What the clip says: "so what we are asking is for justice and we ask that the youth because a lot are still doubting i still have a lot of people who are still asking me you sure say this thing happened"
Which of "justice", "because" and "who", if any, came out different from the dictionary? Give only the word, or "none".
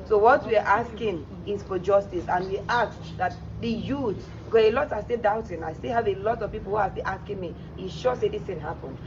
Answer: because